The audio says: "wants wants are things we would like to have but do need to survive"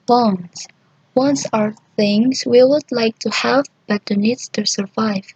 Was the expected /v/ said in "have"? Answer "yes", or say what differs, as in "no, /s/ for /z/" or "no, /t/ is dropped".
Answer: yes